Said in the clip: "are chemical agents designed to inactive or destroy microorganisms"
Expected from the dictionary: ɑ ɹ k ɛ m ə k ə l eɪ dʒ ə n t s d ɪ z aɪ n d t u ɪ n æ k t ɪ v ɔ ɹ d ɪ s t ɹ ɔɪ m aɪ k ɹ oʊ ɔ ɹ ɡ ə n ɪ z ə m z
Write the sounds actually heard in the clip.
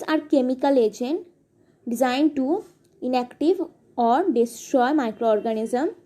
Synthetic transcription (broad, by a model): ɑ ɹ k ɛ m ə k ə l eɪ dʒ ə n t d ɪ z aɪ n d t u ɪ n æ k t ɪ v ɔ ɹ d ɪ s t ɹ ɔɪ m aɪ k ɹ oʊ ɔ ɹ ɡ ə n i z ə m